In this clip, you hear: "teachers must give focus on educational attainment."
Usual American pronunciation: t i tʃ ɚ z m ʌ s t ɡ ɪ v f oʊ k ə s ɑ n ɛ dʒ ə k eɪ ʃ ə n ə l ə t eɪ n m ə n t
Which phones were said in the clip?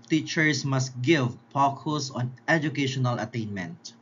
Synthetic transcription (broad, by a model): t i tʃ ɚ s m ʌ s t ɡ ɪ v p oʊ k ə s ɑ n ɛ dʒ ə k eɪ ʃ ə n ə l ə t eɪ n m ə n t